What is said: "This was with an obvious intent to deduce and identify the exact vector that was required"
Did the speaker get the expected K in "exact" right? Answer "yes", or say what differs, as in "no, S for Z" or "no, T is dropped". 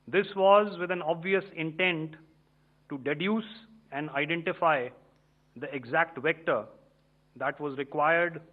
yes